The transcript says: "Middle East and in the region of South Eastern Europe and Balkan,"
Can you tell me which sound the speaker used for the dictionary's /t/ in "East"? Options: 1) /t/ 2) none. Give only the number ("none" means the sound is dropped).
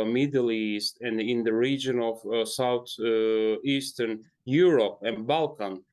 1